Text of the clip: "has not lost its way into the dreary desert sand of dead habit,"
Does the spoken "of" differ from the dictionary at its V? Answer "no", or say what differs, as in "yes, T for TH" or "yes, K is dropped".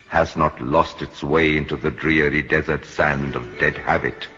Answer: no